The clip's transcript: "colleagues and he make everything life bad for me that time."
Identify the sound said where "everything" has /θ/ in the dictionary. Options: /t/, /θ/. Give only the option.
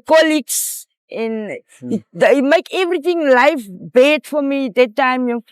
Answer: /t/